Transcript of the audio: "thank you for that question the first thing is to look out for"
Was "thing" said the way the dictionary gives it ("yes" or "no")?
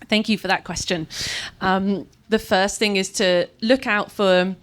yes